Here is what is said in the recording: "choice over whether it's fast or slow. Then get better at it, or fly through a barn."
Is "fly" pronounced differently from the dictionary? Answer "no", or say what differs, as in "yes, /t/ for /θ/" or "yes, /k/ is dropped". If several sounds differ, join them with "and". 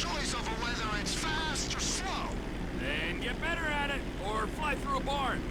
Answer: no